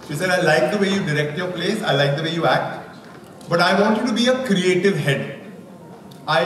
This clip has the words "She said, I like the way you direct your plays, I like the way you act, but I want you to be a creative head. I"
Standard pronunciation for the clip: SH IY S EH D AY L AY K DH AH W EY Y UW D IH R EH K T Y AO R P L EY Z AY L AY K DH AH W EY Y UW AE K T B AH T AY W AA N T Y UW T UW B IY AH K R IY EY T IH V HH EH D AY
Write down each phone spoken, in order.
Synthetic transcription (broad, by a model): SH IY S EH D AY L AY K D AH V EY Y UW D IH R EH K T Y AO R P L EY S AY L AY K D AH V EY Y UW AE K T B AH T AY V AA N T Y UW T UW B IY AH K R IY EY T IH V HH EH D AY